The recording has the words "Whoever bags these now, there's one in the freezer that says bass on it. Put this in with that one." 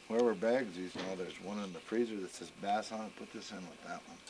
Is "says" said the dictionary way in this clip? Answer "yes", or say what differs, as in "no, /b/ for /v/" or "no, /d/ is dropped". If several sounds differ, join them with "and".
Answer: no, /s/ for /z/